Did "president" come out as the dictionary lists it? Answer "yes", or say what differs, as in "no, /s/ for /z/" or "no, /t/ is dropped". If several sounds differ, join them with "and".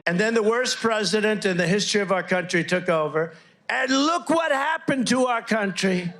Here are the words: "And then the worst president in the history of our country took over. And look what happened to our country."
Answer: yes